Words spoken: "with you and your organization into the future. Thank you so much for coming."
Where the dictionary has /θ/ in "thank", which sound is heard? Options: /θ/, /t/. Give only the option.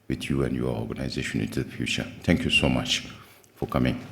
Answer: /t/